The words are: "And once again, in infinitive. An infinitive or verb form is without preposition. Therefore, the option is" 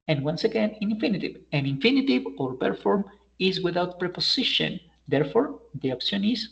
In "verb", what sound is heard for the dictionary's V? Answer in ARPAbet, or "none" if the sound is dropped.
P